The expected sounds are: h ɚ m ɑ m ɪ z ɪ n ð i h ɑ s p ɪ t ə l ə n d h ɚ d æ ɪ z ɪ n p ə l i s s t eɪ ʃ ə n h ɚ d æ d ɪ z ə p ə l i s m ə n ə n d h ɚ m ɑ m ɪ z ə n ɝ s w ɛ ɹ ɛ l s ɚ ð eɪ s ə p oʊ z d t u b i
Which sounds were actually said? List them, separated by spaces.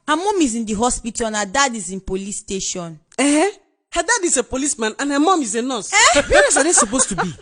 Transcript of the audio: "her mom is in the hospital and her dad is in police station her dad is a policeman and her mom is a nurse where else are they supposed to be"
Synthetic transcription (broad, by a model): h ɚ m ɑ m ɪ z ɪ n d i h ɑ s p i t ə n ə d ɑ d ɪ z ɪ n p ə l i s s t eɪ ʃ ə n h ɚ d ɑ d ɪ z ə p ə l i s m ə n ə n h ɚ m ɑ m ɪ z ə n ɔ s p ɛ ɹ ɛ s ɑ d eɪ s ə p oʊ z t u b i